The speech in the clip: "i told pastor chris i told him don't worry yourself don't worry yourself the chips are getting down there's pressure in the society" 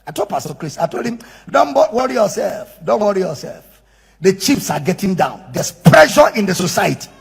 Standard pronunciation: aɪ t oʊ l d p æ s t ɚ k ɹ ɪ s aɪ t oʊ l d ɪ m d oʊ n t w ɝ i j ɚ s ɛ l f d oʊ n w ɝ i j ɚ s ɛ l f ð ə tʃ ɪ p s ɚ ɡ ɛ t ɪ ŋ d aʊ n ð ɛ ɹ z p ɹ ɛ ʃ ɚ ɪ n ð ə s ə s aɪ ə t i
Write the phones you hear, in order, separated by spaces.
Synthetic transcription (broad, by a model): aɪ t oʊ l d p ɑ s t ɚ k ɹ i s aɪ t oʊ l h ɪ m d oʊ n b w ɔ i j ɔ s ɛ l f d oʊ n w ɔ i j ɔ s ɛ l f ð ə tʃ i f s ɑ ɡ ɛ t ɪ ŋ d aʊ n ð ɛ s p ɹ ɛ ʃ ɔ ɪ n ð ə s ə s aɪ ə t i